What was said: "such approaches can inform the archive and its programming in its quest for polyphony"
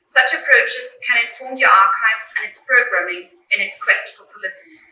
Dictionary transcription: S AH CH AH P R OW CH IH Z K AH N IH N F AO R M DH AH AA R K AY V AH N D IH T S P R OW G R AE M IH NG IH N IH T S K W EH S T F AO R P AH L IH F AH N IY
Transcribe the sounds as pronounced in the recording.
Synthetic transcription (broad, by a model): S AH CH AH P R OW CH IH Z K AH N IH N F AO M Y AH AA K AY V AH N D IH T S P R OW G R AE M IH NG IH N IH T S K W EH S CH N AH L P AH L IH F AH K